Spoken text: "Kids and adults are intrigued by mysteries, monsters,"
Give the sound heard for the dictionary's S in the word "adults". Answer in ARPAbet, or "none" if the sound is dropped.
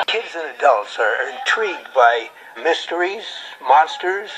S